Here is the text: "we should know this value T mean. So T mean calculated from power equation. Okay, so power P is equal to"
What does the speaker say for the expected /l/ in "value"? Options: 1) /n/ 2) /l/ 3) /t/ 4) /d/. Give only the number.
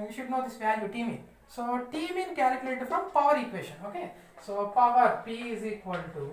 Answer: 1